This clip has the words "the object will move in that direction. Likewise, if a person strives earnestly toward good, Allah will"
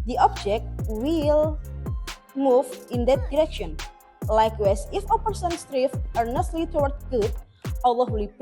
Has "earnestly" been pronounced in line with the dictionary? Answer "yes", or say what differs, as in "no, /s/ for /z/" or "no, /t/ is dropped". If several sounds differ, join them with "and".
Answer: yes